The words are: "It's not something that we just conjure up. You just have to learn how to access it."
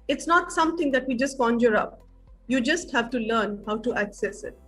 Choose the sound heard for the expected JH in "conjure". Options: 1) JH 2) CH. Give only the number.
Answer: 1